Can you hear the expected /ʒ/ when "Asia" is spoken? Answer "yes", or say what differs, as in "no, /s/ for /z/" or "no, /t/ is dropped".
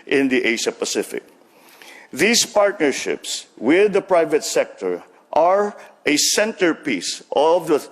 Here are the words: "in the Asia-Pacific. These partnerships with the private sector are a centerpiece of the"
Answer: no, /ʃ/ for /ʒ/